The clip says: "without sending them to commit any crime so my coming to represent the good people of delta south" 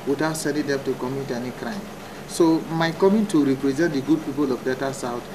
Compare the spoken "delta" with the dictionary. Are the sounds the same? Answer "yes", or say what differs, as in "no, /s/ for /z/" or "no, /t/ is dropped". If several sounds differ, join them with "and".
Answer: no, /l/ is dropped